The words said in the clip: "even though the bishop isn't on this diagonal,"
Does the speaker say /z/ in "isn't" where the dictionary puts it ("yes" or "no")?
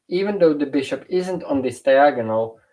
yes